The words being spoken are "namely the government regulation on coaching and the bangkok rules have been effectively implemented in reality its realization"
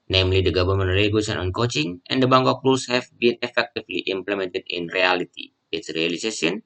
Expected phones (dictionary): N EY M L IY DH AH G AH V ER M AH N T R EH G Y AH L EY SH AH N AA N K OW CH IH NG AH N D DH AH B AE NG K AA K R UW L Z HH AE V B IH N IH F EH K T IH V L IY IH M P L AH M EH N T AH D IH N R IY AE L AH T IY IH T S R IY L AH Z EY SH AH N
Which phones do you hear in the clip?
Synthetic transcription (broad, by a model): N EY M L IY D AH G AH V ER M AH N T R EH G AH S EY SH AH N AA N K OW CH IH NG AH N D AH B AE NG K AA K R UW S HH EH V B IH N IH F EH K T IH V L IY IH M P L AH M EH N T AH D IH N R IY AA L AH T IY IH T S R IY L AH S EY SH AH N